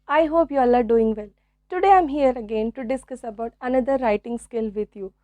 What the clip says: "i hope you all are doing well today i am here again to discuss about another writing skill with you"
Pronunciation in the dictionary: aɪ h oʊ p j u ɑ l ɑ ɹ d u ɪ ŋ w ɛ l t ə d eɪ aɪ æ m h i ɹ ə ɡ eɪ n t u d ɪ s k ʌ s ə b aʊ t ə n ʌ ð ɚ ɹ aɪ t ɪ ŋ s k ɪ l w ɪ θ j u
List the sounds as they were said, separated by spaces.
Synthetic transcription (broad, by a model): aɪ h oʊ p j u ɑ l ɑ ɹ d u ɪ ŋ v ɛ l t ə d eɪ aɪ m h i ɹ ə ɡ eɪ n t u d ɪ s k ʌ s ə b aʊ t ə n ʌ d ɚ ɹ aɪ t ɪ ŋ s k ɪ l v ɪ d j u